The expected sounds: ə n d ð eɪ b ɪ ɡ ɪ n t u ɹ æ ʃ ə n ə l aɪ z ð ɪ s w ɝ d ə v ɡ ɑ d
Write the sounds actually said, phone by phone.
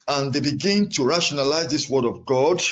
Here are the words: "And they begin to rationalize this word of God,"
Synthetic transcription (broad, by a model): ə n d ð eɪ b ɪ ɡ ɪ n t u ɹ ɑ ʃ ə n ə l aɪ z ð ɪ s w ɝ d ə v ɡ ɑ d